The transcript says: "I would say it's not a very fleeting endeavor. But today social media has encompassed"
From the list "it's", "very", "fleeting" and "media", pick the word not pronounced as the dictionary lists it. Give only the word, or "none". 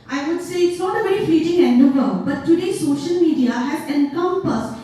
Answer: fleeting